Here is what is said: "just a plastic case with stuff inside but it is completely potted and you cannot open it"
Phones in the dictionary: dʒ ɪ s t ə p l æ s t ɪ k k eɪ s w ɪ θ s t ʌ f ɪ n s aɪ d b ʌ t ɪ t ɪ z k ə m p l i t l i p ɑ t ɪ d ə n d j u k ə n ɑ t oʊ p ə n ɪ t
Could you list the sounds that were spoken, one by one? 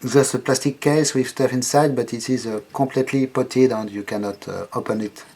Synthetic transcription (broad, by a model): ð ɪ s ə p l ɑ s t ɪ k k eɪ s w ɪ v s t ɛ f ɪ n s aɪ d b ʌ t ɪ t ɪ z k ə p l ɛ t l i p ɑ t ɪ d ə n d j u k ə n ɑ t oʊ p ə n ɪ t